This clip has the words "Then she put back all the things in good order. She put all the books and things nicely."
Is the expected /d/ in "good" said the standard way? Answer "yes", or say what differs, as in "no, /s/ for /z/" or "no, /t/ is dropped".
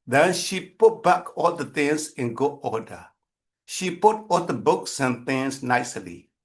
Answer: no, /d/ is dropped